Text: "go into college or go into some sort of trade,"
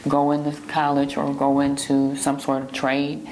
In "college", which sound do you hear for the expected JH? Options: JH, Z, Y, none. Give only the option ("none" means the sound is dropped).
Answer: JH